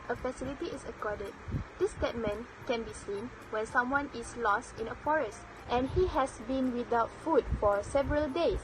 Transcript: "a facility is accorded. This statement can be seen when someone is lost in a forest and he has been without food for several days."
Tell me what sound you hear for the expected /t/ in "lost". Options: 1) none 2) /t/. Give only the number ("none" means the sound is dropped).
2